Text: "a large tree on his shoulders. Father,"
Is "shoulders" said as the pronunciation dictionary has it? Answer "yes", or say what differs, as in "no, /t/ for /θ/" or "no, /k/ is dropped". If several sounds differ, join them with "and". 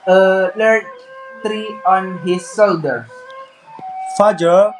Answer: no, /z/ is dropped